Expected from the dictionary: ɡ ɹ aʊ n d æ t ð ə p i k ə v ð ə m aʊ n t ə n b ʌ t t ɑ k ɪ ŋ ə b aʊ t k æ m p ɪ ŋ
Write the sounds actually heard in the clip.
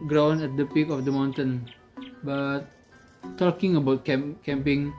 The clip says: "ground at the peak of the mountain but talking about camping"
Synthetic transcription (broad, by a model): ɡ ɹ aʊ n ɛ t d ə p i k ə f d ə m aʊ n t ə n b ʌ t t ɑ k ɪ ŋ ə b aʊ t k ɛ m p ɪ ŋ